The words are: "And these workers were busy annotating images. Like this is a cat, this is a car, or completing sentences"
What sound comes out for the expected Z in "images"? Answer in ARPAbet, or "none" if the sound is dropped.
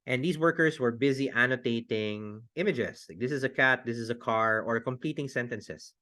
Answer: S